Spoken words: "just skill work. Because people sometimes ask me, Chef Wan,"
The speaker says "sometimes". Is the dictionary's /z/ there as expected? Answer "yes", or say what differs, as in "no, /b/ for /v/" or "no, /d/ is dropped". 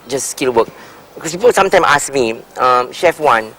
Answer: no, /z/ is dropped